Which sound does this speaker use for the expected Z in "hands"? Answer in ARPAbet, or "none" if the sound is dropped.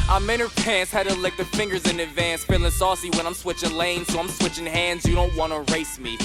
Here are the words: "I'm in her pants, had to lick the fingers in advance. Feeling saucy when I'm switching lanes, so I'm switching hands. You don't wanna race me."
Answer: Z